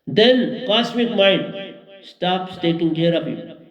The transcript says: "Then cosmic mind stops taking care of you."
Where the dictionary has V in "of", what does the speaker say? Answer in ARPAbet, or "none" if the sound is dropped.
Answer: P